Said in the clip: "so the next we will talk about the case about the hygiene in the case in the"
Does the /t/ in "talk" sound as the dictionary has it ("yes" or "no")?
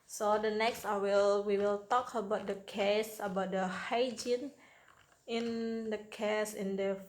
yes